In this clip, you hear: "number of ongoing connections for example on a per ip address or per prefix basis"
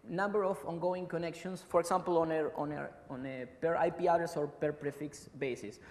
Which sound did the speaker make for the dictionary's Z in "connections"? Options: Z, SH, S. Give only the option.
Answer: S